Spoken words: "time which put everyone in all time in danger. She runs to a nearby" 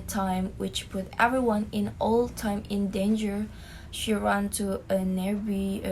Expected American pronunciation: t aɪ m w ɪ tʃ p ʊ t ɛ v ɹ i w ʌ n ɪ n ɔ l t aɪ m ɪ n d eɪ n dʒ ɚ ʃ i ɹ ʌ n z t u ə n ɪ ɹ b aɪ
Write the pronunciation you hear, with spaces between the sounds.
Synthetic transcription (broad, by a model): t aɪ m w ɪ tʃ p ʊ t ɛ v ɹ i w ʌ n ɪ n ɔ l t aɪ m ɪ n d eɪ n dʒ ɚ ʃ i ɹ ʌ n t u ə n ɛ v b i